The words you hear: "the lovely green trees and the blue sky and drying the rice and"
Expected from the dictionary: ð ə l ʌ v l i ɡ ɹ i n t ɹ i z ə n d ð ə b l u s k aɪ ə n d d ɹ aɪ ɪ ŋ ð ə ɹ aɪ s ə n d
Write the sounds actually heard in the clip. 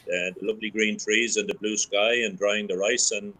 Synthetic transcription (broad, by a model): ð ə l ʌ v l i ɡ ɹ i n t ɹ i z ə n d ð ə b l u s k aɪ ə n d d ɹ aɪ ɪ ŋ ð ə ɹ aɪ s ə n